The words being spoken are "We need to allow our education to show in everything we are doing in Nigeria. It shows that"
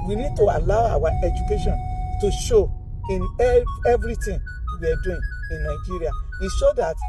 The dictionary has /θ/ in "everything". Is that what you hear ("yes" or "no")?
no